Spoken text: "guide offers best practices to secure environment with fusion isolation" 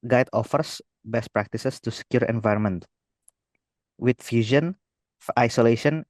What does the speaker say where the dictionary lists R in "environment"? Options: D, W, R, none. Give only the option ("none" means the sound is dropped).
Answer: R